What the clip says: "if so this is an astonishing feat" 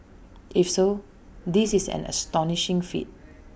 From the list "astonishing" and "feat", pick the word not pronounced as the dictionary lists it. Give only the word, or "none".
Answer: none